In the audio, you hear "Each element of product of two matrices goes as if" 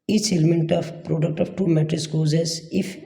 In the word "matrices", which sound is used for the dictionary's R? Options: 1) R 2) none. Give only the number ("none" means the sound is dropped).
2